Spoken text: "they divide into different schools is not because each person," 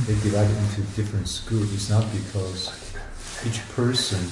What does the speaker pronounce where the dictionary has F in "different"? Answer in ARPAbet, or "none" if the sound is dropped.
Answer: F